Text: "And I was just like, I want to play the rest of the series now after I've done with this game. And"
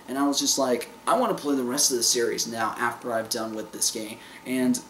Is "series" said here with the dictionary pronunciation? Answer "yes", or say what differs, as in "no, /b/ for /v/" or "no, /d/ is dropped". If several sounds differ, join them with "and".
yes